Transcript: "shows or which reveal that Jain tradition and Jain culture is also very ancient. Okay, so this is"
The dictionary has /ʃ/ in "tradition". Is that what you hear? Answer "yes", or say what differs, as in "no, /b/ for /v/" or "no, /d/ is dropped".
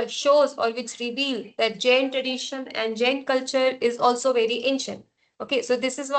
yes